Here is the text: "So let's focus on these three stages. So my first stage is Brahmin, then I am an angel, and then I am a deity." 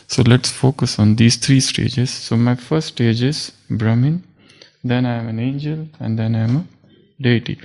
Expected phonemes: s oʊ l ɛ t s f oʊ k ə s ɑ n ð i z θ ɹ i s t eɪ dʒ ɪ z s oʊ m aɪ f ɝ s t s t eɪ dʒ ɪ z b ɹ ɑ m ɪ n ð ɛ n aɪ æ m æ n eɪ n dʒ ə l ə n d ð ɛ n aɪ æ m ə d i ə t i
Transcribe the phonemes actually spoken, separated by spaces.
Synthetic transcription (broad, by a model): s oʊ l ɛ t s f oʊ k ə s ɑ n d i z t ɹ i s t eɪ dʒ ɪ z s oʊ m aɪ f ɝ t s t eɪ dʒ ɪ z b ɹ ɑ m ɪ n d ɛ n aɪ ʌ m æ n eɪ n dʒ ə l ə n d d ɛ n aɪ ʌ m ə d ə t i